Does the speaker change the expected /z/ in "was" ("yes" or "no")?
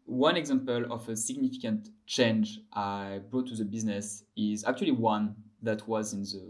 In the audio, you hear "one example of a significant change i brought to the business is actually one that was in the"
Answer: no